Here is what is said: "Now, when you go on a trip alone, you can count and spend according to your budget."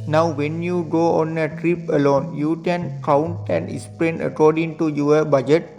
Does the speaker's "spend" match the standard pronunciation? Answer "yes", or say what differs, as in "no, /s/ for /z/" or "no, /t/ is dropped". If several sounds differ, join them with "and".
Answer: no, /d/ is dropped